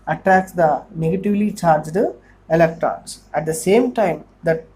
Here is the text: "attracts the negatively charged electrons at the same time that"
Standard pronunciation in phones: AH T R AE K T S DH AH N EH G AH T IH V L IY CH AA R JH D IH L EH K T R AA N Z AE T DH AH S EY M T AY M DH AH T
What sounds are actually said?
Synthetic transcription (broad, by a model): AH T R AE K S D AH N EH G AH T IH V L IY CH AA R JH D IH L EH K T R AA N S AE T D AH S EY M T AY M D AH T